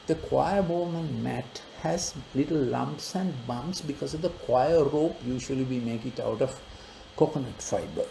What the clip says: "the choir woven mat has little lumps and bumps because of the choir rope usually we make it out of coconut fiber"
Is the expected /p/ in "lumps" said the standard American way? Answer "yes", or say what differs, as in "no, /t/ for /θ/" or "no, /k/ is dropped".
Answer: yes